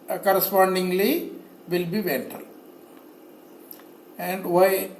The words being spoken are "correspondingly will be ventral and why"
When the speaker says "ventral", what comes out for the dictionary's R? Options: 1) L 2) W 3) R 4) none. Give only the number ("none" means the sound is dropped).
4